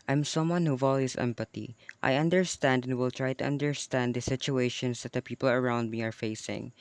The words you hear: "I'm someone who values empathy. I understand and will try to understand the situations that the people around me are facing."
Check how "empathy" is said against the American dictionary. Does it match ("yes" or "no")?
no